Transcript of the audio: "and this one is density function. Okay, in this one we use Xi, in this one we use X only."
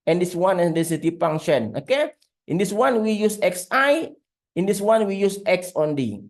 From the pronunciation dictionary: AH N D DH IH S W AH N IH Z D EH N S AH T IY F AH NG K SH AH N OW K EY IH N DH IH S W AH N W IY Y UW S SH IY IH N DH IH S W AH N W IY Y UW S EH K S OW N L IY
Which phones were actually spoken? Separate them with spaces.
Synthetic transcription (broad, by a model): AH N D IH S W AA N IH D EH S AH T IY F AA NG SH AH N OW K EY IH N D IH S W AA N W IY Y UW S S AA IH N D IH S W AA N W IY Y UW S EH K S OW N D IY